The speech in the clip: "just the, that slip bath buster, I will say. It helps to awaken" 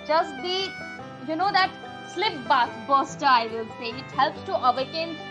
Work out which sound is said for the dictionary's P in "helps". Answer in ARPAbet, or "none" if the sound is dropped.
P